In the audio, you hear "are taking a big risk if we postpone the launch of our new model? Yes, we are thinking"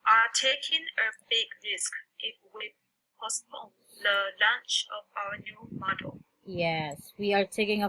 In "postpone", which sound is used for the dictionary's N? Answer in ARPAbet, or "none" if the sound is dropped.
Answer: L